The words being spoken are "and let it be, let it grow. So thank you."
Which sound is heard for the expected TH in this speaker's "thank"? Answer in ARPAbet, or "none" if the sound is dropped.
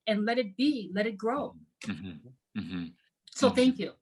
TH